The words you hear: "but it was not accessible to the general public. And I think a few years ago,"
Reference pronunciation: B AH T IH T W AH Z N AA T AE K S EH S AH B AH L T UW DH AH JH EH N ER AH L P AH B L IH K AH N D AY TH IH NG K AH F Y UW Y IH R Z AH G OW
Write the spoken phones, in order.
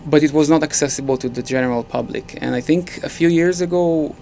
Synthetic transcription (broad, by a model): B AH T IH T W AH Z N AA T AE K S EH S AH B AH L T UW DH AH JH EH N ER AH L P AH B L IH K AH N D AY TH IH NG K AH F Y UW Y IH R Z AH G OW